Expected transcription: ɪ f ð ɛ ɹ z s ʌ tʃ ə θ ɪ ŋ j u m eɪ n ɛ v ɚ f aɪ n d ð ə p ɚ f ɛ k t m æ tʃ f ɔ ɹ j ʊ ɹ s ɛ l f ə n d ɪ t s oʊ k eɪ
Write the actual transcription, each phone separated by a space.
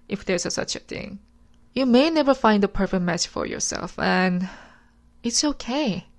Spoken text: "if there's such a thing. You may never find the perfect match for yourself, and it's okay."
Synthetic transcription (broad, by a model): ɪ f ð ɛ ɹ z s ʌ tʃ ə θ ɪ ŋ j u m eɪ n ɛ v ɚ f aɪ n d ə p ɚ f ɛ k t m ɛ s f ɔ ɹ j ʊ ɹ s ɛ l f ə n ɪ t s oʊ k eɪ